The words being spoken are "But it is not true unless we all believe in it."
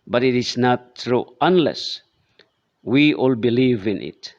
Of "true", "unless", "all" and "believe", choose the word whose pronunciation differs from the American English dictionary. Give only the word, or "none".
none